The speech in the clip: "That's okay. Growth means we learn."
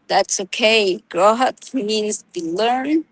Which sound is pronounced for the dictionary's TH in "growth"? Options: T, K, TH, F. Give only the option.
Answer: T